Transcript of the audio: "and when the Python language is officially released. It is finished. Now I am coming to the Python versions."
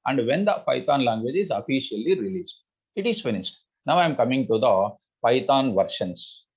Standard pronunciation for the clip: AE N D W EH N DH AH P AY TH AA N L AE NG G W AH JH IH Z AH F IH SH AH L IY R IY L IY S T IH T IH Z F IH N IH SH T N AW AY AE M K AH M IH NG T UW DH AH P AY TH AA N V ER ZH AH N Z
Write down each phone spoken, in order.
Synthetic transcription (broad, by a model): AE N D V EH N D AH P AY T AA N L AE NG G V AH JH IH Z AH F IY SH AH L IY R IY L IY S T IH T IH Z F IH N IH S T N AW AY M K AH M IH NG T UW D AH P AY T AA N V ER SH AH N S